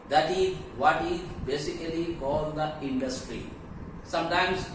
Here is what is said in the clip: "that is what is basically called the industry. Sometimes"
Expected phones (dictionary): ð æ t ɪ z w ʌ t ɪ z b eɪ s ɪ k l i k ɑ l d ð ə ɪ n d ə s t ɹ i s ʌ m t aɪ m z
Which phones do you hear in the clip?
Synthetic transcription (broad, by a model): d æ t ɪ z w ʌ t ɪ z b eɪ s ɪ k l i k ɑ l d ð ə ɪ n d ə s t ɹ i s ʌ m t aɪ m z